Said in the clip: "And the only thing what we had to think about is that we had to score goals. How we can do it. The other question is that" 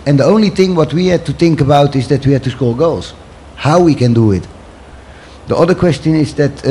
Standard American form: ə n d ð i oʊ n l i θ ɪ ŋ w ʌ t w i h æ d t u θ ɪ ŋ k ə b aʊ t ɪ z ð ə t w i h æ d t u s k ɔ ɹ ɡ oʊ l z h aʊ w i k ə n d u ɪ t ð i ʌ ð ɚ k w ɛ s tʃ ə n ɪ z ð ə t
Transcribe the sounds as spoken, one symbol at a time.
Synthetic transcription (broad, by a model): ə n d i oʊ n l i θ ɪ ŋ w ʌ t w i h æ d t u θ ɪ ŋ k ə b aʊ t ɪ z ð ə t w i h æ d t u s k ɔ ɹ ɡ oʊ l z h aʊ w i k ə n d u ɪ t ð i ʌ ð ɚ k w ɛ s tʃ ə n ɪ z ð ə t